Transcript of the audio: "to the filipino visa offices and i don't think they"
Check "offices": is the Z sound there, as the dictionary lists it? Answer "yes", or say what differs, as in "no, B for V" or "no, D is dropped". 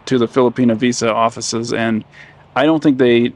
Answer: yes